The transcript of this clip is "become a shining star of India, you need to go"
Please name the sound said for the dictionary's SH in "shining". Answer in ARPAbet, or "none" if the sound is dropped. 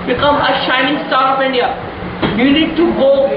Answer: SH